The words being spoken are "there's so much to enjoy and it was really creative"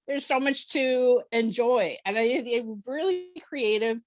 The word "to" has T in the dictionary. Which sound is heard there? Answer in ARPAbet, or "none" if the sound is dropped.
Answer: T